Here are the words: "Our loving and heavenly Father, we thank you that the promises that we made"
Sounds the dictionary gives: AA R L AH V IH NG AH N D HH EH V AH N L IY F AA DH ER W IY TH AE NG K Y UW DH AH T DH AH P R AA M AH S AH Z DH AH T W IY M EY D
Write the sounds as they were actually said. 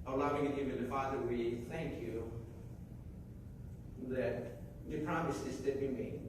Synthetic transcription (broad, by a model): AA L AH V IH NG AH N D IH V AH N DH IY F AA DH ER W IY TH AE NG K Y UW DH AH T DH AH P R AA M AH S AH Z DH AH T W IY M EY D